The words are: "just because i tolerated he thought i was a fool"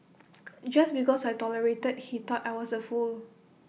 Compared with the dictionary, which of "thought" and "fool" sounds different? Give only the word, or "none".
thought